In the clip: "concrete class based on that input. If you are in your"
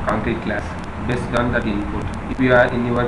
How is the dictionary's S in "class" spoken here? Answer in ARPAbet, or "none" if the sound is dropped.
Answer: S